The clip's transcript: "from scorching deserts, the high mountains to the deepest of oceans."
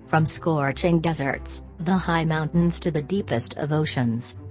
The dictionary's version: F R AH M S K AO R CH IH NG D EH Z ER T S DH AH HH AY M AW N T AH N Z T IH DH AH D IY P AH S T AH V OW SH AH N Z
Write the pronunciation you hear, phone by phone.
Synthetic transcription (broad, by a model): F R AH M S K AO R CH IH NG D EH Z ER T S DH AH HH AY M AW N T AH N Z T IH DH AH D IY P AH S T AH V OW SH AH N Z